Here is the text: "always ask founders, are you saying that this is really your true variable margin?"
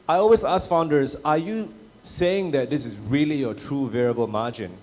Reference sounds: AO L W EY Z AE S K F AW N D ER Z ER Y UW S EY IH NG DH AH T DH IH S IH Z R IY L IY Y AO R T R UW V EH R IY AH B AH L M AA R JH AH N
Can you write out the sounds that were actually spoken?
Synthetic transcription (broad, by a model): AO L W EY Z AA S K F AW N D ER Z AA Y UW S EY IH NG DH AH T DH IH S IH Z R IY L IY Y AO T R UW V EH R IY AH B AH L M AA JH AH N